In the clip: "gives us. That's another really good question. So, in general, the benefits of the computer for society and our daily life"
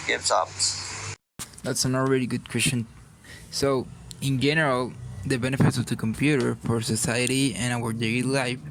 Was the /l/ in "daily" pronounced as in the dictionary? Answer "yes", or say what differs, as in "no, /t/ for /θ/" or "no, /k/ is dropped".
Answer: no, /l/ is dropped